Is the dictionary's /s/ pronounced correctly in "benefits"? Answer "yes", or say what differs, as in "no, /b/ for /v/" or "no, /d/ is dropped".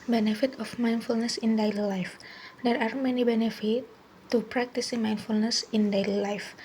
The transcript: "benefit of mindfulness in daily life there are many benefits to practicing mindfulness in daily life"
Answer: no, /s/ is dropped